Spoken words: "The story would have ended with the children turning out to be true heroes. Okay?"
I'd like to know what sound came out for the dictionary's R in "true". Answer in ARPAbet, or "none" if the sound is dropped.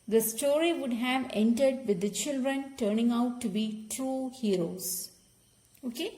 none